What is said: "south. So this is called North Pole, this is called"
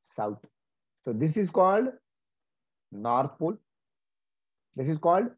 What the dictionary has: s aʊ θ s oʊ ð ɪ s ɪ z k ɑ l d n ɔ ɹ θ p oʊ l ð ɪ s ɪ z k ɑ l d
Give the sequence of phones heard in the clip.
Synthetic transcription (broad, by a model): s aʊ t s oʊ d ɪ s ɪ z k ɑ l d n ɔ ɹ t p oʊ l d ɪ s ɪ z k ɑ l d